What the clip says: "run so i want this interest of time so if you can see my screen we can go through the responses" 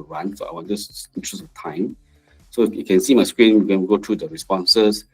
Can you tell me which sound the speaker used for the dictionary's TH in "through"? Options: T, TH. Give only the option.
T